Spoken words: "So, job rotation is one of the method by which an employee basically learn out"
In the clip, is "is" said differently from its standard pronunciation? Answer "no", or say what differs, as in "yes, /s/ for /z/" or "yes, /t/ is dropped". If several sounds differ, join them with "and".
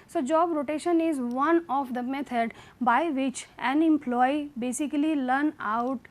no